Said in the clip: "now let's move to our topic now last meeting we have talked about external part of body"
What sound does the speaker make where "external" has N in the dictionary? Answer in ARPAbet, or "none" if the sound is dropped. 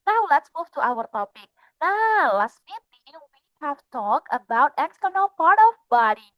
N